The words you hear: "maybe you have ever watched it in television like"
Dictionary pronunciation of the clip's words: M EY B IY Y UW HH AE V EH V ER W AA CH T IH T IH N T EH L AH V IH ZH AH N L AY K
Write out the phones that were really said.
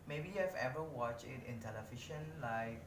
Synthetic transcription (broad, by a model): M EY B IY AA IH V EH V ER W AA CH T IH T IH N T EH L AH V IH SH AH N L AY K